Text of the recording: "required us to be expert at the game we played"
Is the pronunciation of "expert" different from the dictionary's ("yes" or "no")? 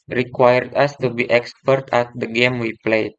no